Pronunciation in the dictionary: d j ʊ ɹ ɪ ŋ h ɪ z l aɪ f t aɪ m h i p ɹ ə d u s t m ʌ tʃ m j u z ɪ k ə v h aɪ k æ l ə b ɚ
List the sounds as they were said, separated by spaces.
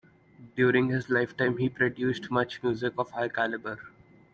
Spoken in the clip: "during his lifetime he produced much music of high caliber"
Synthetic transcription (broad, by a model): d j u ɹ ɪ ŋ h ɪ z l aɪ f t aɪ m h i p ɹ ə d u s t m ʌ tʃ m j u z ɪ k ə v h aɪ k æ l ə b ɚ